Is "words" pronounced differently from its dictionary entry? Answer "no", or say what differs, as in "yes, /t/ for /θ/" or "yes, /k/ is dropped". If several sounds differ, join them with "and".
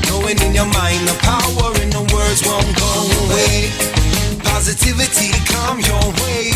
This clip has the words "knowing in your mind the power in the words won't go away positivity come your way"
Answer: no